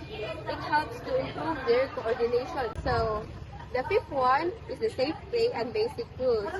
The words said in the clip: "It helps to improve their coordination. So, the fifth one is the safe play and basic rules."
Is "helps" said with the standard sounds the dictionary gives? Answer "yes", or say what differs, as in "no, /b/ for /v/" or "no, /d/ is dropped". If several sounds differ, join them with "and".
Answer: yes